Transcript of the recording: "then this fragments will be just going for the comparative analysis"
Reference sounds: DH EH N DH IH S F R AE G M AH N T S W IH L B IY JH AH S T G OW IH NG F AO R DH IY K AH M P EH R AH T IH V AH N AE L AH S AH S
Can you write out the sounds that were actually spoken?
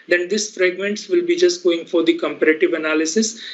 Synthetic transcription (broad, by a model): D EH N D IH S F R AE G M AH N T S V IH L B IY JH AH S T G OW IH NG F AO R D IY K AH M P EH R AH T IH V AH N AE L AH S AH S